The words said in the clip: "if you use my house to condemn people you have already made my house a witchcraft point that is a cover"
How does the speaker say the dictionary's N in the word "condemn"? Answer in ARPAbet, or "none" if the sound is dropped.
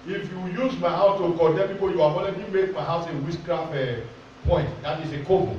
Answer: none